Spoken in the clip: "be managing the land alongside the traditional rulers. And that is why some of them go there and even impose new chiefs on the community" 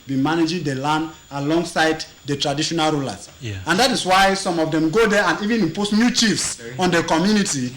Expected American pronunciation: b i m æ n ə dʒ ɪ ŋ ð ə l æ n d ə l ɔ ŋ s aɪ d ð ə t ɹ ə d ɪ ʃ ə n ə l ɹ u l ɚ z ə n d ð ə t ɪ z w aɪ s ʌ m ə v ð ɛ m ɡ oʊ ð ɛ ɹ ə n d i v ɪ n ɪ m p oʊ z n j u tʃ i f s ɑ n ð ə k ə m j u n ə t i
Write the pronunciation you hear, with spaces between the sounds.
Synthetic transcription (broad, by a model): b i m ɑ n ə dʒ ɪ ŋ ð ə l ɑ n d ə l ɔ ŋ s aɪ d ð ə t ɹ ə d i ʃ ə n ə l ɹ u l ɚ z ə n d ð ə t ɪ s w aɪ s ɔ m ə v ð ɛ m ɡ oʊ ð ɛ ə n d i v ɪ n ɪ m p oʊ s n j u tʃ i f s ɑ n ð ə k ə m j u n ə t i